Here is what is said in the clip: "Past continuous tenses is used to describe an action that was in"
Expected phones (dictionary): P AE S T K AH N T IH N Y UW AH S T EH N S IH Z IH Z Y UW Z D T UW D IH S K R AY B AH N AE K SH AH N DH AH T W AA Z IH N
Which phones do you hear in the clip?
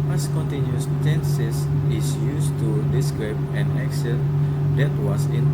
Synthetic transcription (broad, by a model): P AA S K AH N T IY N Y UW S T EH N S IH S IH S Y UW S T UW D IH S K R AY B AH N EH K S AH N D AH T W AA S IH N